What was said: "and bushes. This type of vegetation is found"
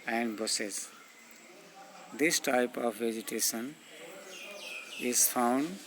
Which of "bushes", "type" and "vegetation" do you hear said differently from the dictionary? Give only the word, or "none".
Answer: bushes